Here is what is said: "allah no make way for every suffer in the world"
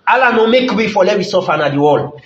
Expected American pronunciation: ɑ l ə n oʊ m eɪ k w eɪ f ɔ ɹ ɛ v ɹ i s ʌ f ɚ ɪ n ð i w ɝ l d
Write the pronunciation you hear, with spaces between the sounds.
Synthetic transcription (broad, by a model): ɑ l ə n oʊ m eɪ k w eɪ f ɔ l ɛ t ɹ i s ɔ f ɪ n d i w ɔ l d